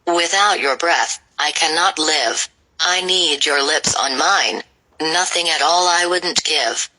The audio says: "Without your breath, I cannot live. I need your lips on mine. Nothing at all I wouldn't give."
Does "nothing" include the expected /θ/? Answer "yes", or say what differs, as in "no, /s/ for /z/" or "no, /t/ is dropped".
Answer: yes